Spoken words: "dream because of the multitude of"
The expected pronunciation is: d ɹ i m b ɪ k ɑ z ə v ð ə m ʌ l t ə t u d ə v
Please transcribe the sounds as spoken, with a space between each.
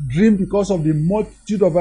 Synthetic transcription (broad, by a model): d ɹ i m b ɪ k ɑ s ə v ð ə m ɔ t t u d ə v